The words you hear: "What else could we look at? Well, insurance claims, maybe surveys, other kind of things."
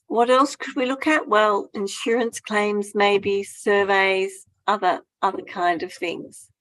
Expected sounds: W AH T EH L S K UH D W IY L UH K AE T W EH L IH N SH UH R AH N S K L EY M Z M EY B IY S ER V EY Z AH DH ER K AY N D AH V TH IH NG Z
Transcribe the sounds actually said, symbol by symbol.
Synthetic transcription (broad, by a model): W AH T EH L S K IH D W IY L UH K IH T W EH L IH N SH UH R AH N S K L EY M Z M EY B IY S ER V EY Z AH DH ER K AY N D AH V TH IH NG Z